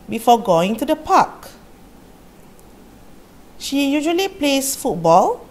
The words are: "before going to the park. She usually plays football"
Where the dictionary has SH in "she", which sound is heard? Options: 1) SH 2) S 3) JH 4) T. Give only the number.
1